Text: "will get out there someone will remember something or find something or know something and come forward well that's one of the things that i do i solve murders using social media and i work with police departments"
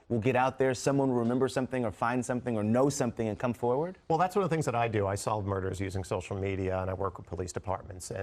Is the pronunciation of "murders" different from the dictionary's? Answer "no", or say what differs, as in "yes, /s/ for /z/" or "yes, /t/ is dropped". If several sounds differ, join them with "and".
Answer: no